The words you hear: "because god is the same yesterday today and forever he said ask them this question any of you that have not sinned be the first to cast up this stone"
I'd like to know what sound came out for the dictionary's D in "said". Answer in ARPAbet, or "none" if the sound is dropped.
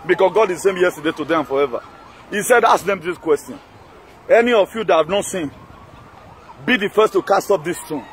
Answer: D